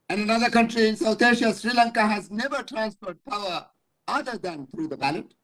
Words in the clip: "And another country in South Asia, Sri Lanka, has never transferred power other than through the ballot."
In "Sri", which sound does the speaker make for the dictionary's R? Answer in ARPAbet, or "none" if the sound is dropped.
R